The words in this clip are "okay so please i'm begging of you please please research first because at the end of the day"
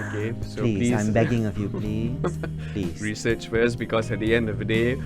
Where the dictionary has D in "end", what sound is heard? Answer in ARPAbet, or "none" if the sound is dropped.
D